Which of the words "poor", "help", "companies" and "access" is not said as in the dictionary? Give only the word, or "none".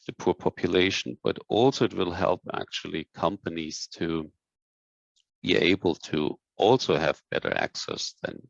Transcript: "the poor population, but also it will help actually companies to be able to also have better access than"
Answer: none